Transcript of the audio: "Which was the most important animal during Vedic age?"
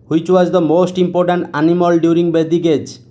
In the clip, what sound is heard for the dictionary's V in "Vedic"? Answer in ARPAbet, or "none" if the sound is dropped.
B